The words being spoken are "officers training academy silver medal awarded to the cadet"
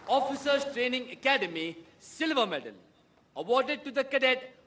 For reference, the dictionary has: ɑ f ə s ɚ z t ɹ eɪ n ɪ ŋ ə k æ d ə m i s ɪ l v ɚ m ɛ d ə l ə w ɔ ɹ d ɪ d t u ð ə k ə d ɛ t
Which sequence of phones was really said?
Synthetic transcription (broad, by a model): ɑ f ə s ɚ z t ɹ eɪ n ɪ ŋ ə k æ d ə m i s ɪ l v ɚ m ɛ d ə n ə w ɔ d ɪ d t u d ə k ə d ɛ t